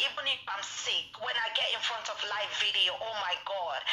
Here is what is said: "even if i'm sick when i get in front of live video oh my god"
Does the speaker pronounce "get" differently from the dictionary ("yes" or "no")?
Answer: no